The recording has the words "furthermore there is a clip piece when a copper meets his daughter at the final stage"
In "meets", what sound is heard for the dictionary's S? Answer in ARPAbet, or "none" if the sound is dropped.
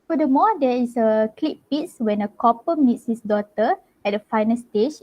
S